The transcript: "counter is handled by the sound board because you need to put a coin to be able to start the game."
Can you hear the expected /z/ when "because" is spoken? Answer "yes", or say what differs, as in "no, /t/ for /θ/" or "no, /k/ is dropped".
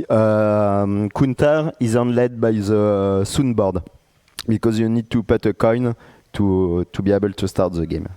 yes